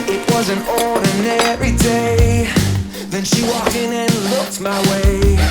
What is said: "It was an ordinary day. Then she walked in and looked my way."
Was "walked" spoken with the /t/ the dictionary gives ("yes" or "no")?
no